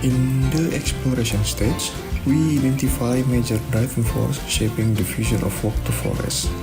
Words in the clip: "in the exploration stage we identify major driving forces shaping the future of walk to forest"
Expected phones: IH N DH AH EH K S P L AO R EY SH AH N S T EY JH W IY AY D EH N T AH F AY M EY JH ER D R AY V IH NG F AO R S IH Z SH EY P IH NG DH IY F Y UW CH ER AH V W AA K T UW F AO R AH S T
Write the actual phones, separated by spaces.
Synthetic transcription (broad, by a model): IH N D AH EH K S P L AO R EY SH AH N S T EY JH W IY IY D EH N T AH F AY M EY JH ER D R AY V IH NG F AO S SH EY P IH NG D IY F Y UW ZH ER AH F W AA K T UW F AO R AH S